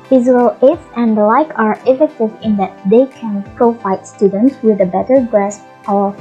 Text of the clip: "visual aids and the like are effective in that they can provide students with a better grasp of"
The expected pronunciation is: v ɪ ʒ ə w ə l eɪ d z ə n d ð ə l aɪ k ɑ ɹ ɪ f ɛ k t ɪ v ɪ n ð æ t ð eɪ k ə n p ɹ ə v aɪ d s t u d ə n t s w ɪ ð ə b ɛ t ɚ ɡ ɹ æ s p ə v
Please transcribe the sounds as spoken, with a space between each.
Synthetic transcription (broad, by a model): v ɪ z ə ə l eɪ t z ə n d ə l aɪ k ɑ ɹ ɪ f ɛ k t ɪ v ɪ n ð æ t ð eɪ k ə n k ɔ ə f aɪ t s t u d ə n t s w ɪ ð ə b ɛ t ɚ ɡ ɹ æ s ə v